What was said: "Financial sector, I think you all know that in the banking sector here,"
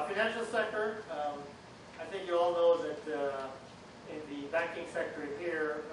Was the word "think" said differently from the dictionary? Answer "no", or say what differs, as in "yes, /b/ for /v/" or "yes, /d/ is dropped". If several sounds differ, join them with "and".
no